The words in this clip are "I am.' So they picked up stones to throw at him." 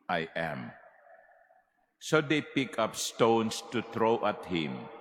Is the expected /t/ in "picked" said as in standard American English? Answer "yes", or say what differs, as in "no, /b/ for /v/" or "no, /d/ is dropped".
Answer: no, /t/ is dropped